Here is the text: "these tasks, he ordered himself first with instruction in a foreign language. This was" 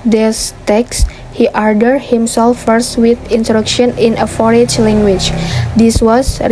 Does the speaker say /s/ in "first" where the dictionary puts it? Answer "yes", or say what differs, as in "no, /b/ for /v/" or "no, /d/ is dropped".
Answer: yes